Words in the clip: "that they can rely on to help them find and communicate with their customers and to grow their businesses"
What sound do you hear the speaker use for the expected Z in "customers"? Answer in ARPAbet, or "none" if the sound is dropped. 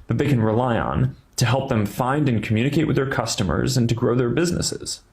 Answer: Z